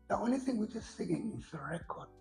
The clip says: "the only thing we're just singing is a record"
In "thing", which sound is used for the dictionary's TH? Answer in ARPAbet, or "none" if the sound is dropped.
TH